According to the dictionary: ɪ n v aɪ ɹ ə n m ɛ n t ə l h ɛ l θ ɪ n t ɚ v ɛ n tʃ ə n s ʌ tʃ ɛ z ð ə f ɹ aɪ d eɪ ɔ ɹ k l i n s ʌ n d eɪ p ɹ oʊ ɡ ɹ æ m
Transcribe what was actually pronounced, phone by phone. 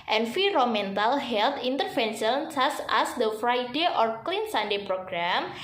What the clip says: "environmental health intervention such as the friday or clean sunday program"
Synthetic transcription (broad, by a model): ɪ n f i ɹ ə m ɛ n t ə l h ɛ l t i n t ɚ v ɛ n ʃ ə n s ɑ s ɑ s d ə f ɹ aɪ d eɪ ɔ ɹ k l i n s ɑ n d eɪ p ɹ oʊ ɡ ɹ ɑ m